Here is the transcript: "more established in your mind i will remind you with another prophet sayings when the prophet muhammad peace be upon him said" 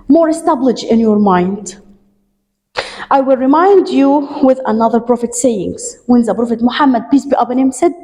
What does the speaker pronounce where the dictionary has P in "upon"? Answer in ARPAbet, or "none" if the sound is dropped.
B